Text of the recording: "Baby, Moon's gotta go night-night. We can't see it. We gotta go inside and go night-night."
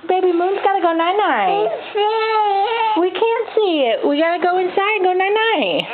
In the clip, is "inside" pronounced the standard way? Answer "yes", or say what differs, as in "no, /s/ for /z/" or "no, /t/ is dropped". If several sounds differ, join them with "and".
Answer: no, /d/ is dropped